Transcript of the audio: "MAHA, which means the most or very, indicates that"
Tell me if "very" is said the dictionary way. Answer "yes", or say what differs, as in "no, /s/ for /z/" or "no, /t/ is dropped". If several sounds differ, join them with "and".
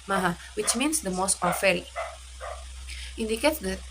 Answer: no, /f/ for /v/